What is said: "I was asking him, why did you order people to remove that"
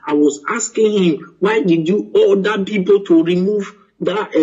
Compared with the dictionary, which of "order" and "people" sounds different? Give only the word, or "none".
order